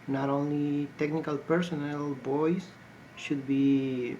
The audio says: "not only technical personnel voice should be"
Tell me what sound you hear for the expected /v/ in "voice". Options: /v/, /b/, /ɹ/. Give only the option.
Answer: /b/